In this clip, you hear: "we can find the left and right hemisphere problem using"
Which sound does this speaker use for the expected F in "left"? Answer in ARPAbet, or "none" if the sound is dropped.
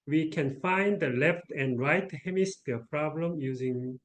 F